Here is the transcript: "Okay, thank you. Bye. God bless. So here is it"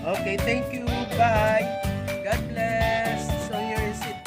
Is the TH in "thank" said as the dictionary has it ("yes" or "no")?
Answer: no